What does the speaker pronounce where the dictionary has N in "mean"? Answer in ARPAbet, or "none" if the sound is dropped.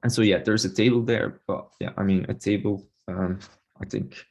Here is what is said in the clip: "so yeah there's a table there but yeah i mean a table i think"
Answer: N